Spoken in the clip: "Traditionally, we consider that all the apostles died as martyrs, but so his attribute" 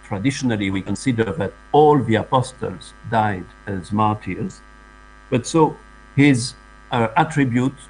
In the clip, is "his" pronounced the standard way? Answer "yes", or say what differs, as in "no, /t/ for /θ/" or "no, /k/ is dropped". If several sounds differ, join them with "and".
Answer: yes